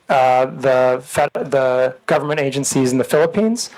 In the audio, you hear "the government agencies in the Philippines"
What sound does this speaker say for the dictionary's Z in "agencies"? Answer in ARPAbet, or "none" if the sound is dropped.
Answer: Z